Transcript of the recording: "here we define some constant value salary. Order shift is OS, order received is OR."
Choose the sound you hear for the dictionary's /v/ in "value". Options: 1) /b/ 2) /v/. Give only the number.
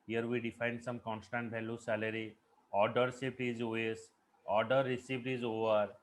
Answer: 1